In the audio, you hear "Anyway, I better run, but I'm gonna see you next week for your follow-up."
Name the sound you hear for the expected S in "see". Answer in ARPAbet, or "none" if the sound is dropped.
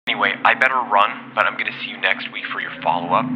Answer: S